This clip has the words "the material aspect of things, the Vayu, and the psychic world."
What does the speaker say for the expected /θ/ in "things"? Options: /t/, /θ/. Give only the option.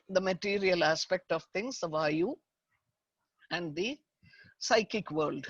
/t/